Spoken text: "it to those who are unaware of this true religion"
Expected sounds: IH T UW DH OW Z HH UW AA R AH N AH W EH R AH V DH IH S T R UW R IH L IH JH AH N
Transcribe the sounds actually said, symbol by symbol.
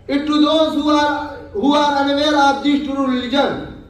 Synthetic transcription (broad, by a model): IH T UW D OW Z HH UW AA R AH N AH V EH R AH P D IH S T UW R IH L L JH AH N